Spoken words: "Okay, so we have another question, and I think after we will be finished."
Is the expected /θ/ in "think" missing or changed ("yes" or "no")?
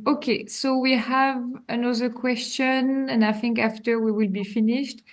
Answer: no